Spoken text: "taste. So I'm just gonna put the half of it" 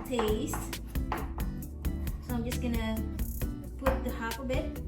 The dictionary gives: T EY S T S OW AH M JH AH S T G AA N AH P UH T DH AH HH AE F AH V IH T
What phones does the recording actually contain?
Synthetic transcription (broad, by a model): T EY S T S OW AH M JH AH S T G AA N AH P UH T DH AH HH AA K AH B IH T